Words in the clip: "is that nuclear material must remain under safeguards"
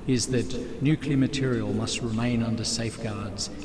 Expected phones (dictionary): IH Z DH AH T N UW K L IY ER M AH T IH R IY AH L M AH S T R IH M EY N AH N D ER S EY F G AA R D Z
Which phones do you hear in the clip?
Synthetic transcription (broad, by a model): IH Z DH AH T N UW K L IY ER M AH T IH R IY AH L M AH S T R IH M EY N AH N D ER S EY F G AA R D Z